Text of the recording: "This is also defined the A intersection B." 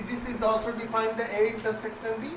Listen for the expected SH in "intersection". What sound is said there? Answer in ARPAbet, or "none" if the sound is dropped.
S